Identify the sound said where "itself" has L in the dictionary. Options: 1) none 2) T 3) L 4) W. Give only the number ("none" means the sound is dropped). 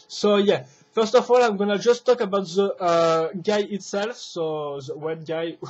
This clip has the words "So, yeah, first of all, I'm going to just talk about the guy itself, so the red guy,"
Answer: 3